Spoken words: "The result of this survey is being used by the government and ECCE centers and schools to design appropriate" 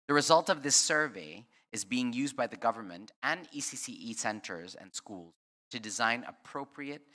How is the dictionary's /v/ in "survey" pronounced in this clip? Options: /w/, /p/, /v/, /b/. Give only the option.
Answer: /v/